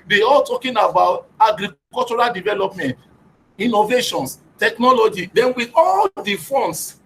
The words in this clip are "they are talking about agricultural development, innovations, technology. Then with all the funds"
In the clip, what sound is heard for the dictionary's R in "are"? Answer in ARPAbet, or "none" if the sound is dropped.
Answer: L